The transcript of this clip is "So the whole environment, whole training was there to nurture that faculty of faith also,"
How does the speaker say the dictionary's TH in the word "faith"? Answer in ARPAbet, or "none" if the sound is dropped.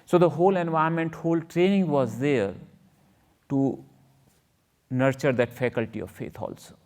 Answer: T